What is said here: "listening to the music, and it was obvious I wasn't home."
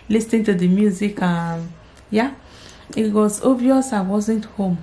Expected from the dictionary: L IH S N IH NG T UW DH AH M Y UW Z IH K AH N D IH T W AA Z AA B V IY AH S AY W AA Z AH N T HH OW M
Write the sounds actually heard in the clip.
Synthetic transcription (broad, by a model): L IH S N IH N T UW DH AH M Y UW Z IH K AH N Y IH T W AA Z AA V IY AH S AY W AA Z AH N T HH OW M